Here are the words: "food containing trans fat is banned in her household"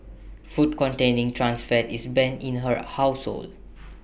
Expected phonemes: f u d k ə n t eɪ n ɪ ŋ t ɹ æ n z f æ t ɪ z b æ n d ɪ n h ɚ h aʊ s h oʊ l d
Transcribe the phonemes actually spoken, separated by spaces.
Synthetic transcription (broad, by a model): f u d k ə n t eɪ n ɪ ŋ t ɹ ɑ n s f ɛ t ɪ s b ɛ n ɪ n h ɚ h aʊ s h oʊ l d